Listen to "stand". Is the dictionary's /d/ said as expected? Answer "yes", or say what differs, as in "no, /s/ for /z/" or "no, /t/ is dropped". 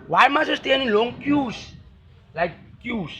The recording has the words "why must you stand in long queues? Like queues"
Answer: no, /d/ is dropped